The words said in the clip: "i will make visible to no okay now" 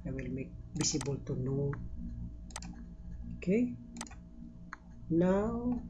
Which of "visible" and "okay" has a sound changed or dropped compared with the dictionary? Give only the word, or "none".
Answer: visible